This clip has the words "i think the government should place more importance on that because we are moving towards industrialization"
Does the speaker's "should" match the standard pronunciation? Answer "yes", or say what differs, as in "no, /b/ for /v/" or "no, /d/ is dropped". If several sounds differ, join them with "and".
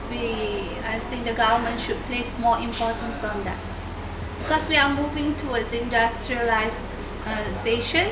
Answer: yes